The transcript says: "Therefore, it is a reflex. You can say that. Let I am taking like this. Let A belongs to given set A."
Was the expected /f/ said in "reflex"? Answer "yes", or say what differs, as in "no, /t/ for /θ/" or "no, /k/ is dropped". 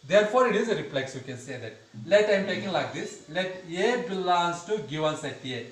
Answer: no, /p/ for /f/